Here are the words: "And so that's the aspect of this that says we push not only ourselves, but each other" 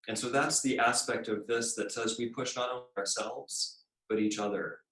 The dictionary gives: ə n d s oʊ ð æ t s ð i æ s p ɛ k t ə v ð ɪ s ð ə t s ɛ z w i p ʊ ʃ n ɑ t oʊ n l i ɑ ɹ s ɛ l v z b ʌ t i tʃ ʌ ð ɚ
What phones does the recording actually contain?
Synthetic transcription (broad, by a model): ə n s oʊ ð æ t s ð i æ s p ɛ k t ə v ð ɪ s ð ə t s ɛ z w i p ʊ ʃ n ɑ t oʊ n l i ɑ ɹ s ɛ l v z b ʌ t i tʃ ʌ ð ɚ